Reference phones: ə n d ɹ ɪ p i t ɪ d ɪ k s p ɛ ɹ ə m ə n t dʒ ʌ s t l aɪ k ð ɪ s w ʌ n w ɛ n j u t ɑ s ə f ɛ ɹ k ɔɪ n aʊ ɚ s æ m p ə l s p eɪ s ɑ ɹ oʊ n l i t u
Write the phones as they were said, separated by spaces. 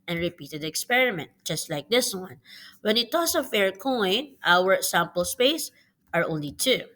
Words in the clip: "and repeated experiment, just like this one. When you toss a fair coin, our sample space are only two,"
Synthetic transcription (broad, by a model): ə n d ɹ ɪ p i t ɪ d ɪ k s p ɛ ɹ ə m ə n t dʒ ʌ s t l aɪ k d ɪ s w ʌ n w ɛ n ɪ t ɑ s ə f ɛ ɹ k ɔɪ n aʊ ɚ s æ m p ə l s p eɪ s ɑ ɹ oʊ n l i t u